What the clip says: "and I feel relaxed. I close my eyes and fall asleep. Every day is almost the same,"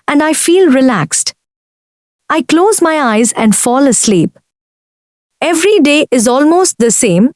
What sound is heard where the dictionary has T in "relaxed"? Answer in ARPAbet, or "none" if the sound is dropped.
T